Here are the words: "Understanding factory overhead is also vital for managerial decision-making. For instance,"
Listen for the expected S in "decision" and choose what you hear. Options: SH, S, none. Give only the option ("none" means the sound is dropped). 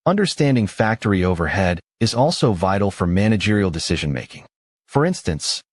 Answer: S